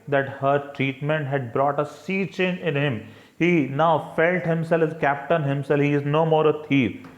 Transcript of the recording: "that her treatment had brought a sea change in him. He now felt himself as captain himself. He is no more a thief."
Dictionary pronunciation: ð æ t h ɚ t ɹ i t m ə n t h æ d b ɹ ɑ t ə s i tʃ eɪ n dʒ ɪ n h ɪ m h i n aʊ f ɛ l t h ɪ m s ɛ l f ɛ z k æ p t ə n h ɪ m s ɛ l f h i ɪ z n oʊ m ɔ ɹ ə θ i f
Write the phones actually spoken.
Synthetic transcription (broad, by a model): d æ t h ɚ t ɹ i t m ə n t h æ d b ɹ ɑ t ə s i tʃ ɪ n ɪ n h ɪ m h i n aʊ f ɛ l t h ɪ m s ɛ l f k æ p t ə n h ɪ m s ɛ l f h i ɪ z n oʊ m ɔ ɹ ə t i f